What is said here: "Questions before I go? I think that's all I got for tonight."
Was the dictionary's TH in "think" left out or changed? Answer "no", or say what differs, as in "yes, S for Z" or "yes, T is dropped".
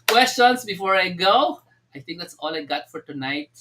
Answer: yes, T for TH